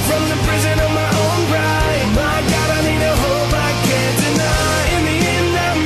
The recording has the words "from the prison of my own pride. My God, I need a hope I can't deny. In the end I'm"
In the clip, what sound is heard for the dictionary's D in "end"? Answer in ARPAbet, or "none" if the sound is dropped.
none